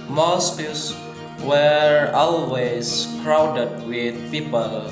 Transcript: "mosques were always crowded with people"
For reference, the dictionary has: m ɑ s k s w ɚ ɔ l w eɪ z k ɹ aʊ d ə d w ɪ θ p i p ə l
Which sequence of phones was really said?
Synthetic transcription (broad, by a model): m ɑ s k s w ɚ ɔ l w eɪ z k ɹ aʊ d ə d w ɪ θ p i p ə l